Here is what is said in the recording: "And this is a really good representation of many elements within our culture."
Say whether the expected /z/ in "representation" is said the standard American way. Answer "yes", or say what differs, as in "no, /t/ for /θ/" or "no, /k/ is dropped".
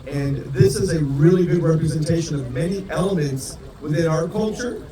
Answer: yes